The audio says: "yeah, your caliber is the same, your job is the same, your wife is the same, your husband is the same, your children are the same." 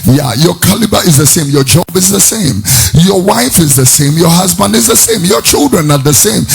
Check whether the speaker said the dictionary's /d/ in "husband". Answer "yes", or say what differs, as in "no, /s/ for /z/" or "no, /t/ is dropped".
yes